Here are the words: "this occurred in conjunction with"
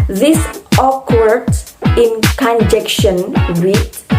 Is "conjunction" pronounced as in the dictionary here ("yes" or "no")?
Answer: no